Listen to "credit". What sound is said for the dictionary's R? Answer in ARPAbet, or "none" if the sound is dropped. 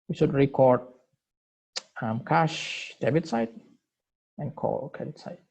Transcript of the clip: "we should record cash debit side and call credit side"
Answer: none